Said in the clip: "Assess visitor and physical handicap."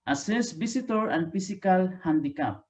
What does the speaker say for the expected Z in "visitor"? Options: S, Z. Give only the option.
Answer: S